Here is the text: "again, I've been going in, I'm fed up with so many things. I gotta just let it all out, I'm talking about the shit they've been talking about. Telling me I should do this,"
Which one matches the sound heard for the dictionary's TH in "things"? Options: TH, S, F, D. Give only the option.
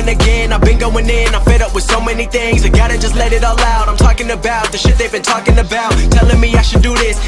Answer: TH